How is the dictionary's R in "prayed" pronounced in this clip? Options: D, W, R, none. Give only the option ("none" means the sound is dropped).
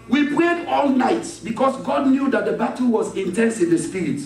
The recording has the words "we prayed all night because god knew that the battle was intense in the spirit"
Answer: R